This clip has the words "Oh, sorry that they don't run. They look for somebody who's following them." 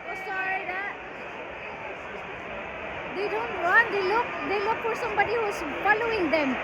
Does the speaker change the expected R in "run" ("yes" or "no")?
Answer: yes